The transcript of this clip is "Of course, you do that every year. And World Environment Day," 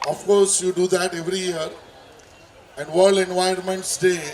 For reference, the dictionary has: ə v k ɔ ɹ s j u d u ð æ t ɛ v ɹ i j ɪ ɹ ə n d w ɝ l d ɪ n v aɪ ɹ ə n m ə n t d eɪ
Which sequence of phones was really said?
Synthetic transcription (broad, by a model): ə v k ɔ ɹ s j u d u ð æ t ɛ v ɹ i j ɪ ɹ ə n d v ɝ l d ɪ n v aɪ ə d m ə n t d eɪ